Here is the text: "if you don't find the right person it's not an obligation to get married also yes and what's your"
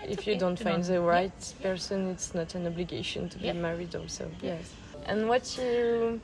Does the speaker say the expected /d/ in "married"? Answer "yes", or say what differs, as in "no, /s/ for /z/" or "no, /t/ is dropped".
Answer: yes